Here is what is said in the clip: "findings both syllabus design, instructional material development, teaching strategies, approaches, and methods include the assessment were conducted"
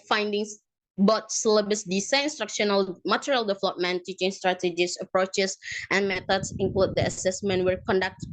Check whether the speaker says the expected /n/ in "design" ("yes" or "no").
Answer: no